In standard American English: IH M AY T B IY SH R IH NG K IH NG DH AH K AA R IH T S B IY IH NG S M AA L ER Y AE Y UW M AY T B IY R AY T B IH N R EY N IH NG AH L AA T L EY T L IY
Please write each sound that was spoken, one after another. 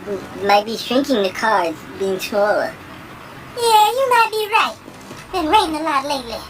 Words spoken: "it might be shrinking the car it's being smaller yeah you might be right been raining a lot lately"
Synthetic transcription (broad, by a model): M AY T B IY SH R IH NG K IH NG DH AH K AA R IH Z B IY IH NG S M AA L ER Y AE Y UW M AY T B IY R AY T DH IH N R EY IH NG AH L AA T L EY T L IY